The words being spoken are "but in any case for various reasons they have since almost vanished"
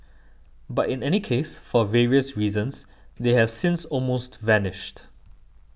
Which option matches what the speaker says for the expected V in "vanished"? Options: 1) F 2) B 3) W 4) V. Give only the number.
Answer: 4